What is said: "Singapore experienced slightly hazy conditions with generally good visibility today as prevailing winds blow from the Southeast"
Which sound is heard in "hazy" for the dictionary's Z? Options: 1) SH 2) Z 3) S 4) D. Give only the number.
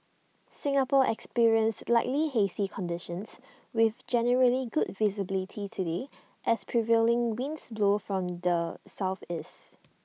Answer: 3